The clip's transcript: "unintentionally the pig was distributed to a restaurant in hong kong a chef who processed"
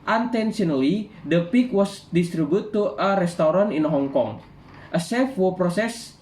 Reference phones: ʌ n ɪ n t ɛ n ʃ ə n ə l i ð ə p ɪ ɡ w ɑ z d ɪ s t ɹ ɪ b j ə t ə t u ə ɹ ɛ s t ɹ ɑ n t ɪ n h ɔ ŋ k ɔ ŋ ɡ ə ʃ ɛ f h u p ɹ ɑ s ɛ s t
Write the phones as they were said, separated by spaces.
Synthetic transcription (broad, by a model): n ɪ n t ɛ n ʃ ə n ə l i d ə p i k w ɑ s d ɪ s t ɹ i b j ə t t u ə ɹ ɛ s t ɹ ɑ n ɪ n h ɔ ŋ k ɔ ŋ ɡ ə s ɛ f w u p ɹ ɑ s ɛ s